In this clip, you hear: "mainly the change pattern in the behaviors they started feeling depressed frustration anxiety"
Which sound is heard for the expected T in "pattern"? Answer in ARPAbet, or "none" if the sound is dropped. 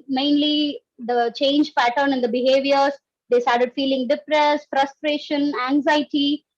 T